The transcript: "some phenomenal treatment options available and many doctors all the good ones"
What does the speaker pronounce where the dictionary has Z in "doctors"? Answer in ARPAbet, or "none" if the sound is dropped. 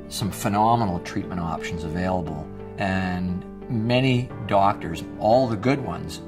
Z